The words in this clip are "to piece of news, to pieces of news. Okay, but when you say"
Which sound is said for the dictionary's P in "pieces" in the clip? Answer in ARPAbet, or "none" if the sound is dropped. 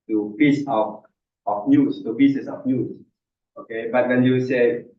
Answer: B